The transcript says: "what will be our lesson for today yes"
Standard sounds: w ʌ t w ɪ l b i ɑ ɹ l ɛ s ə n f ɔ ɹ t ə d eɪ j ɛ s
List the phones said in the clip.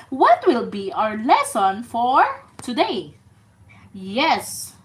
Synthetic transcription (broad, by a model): w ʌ t w ɪ l b i ɑ ɹ l ɛ s ə n f ɔ ɹ t ə d eɪ j ɛ s